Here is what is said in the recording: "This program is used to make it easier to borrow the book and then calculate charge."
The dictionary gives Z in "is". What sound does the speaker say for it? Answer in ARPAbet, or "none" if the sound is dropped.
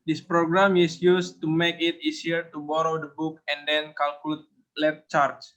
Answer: S